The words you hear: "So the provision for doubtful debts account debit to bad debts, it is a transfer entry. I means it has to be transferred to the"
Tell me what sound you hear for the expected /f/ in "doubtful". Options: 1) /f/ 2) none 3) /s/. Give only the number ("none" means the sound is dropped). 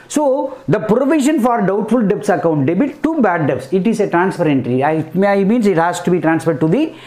1